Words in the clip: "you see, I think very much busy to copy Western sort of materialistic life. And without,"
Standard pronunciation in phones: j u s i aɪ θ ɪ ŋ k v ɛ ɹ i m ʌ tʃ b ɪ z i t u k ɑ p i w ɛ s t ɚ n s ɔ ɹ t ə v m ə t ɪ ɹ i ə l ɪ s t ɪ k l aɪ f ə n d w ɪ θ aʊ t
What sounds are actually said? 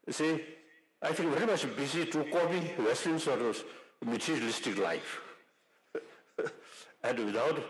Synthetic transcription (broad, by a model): s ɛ aɪ f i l v ɛ ɹ i m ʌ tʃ b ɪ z i t u k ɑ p i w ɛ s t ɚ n s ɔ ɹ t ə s m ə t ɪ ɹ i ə l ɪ s t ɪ k l aɪ f ə n d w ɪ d aʊ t